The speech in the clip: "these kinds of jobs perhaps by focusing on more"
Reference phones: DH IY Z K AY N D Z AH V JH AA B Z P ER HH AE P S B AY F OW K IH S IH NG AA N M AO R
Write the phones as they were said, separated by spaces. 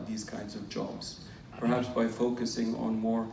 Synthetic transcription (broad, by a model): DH IY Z K AY N D Z AH V JH AA B Z P ER HH AE P S B AY F OW K IH S IH NG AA N M AO R